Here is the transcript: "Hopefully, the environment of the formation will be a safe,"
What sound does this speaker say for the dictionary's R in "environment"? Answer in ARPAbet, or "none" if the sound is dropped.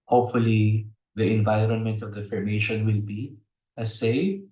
R